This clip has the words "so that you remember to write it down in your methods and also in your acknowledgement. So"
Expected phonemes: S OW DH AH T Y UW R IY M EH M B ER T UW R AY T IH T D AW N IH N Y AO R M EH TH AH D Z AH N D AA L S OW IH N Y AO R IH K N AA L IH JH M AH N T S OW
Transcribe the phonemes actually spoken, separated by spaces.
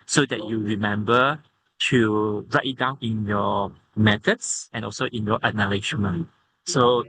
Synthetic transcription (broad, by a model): S OW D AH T Y UW R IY M EH M B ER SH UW R AY T IH T D AW N IH N Y AO M EH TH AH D S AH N AA L S OW IH N Y AO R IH N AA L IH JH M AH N S OW